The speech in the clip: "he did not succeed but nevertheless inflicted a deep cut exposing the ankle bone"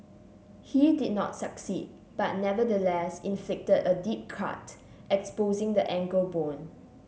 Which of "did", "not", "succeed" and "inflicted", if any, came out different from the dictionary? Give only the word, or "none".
none